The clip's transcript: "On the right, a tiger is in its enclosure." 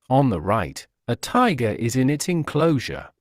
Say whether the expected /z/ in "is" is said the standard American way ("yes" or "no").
yes